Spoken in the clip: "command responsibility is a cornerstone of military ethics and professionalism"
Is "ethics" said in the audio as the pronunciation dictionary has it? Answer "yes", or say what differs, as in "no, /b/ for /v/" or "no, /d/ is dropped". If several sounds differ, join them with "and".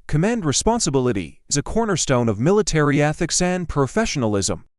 yes